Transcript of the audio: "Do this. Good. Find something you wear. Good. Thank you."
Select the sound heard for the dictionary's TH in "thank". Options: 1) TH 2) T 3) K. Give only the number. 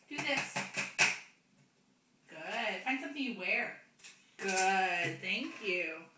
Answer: 1